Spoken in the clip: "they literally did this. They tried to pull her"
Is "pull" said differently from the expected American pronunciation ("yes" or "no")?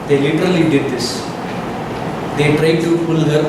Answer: yes